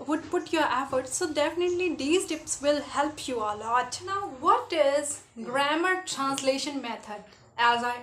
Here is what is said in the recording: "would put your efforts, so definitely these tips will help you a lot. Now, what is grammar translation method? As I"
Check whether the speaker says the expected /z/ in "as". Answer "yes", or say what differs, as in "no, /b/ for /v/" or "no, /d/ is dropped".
yes